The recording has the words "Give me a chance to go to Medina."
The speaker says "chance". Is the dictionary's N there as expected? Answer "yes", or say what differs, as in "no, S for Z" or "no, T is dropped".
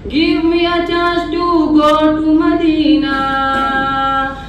no, N is dropped